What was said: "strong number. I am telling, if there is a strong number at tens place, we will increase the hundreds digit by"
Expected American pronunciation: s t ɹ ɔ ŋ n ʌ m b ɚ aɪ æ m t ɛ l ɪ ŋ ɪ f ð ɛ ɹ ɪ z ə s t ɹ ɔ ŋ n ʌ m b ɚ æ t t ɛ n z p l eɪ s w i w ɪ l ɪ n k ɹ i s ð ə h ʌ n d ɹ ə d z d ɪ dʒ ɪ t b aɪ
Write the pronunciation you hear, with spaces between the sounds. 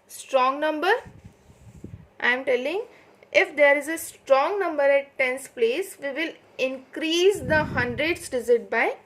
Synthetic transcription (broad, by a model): s t ɹ ɔ ŋ n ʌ m b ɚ aɪ m t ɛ l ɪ ŋ ɪ f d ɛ ɹ ɪ z ə s t ɹ ɔ ŋ n ʌ m b ɚ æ t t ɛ n s p l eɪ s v i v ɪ l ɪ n k ɹ i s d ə h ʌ n d ɹ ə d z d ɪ z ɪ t b aɪ